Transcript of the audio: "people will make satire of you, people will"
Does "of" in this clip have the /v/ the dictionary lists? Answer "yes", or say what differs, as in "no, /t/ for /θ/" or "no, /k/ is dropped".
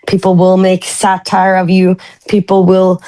yes